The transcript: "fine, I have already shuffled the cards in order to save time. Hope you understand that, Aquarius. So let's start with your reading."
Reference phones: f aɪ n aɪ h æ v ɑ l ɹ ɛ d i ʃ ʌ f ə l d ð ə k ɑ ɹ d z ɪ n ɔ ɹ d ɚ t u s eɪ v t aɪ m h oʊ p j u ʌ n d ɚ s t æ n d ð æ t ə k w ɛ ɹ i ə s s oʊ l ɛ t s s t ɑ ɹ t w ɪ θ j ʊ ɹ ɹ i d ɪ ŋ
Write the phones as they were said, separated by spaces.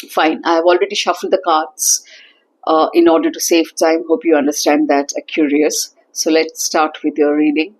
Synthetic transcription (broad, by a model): f aɪ n aɪ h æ v ɑ l ɹ ɛ d i ʃ ʌ f ə l d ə k ɑ ɹ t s ɪ n ɔ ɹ d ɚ t u s eɪ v t aɪ m h oʊ p j u ʌ n d ɚ s t æ n d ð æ t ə k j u ɹ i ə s s oʊ l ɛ t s s t ɑ ɹ t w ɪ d j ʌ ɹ ɹ i d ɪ ŋ